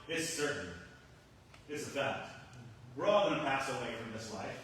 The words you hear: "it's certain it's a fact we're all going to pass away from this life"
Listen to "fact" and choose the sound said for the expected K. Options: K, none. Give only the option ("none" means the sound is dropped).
none